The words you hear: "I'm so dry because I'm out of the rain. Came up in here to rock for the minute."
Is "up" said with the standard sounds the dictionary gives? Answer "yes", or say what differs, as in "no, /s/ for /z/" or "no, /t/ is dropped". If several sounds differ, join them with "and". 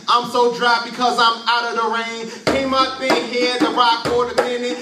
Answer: no, /b/ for /p/